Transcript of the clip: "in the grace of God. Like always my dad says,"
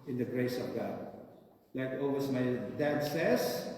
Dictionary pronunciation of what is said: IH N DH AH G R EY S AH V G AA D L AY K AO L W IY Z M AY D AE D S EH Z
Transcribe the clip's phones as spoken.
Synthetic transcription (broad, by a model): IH N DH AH G R EY S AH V G AA D L AY K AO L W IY S M AY D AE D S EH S